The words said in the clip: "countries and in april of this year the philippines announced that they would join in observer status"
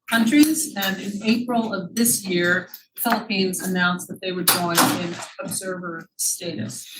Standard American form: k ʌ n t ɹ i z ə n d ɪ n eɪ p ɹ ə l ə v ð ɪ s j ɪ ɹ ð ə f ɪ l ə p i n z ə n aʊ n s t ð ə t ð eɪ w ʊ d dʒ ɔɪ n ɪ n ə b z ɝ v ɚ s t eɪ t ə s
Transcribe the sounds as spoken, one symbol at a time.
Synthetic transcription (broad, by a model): k ʌ n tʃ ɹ i z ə n ɪ n eɪ p ɹ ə l ə v ð ɪ s j ɪ ɹ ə f ɪ l ə p i n z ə n aʊ n s ð ə t ð eɪ w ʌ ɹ dʒ ɔɪ n ɪ n ə b z ɝ v ɚ s t eɪ t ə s